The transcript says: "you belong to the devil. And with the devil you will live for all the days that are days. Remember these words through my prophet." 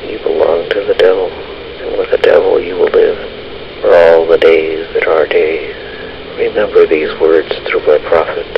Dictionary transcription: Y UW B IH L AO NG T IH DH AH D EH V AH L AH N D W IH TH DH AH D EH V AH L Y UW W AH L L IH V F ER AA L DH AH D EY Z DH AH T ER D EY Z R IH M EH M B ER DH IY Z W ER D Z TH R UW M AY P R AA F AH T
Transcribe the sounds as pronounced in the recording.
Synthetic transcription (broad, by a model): Y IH B IH L AO NG T IH DH AH D EH V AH L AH N W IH DH AH D EH V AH L Y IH W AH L L IH V F ER AA L DH AH D EY Z DH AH T ER D EY Z R IH M EH M B ER DH IY Z W ER D Z TH R UW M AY P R AA F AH T